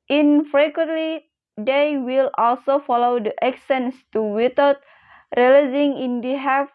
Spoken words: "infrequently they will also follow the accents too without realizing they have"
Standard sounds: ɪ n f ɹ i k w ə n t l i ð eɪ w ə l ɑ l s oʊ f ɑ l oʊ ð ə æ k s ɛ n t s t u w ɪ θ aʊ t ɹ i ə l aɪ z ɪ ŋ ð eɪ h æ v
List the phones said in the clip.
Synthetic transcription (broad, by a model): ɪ n f ɹ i k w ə n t l i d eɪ w ə l ɑ l s oʊ f ɑ l oʊ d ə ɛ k s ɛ n s t u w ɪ t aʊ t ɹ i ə l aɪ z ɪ ŋ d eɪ h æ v